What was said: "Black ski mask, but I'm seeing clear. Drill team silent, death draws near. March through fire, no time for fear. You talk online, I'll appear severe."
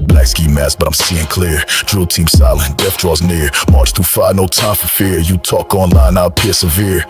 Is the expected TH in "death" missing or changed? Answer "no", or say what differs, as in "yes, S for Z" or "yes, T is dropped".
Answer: yes, F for TH